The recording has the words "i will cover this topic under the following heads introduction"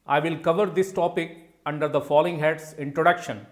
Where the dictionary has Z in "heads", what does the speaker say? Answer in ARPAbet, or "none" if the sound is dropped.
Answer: S